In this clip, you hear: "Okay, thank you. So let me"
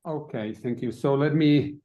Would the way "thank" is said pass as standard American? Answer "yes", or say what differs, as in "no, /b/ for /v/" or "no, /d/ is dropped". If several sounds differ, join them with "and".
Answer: yes